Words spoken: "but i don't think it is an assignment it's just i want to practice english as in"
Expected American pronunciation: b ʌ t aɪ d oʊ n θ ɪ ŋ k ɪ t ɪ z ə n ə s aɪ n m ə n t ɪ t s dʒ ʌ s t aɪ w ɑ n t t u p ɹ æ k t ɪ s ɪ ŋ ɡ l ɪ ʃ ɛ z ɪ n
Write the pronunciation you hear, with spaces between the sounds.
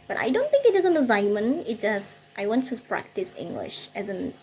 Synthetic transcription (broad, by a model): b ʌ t aɪ d oʊ n θ ɪ ŋ k ɪ t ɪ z ə n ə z aɪ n m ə n ɪ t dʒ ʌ s t aɪ w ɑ n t t u p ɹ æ k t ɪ s ɪ ŋ ɡ l ɪ ʃ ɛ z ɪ n